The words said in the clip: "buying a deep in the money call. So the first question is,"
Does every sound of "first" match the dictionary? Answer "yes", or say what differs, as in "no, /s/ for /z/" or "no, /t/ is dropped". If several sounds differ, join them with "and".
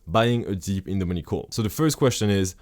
yes